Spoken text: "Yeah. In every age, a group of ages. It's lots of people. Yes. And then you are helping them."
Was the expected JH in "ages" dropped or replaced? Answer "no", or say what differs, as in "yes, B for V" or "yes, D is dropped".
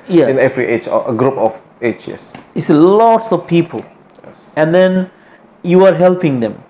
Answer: yes, CH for JH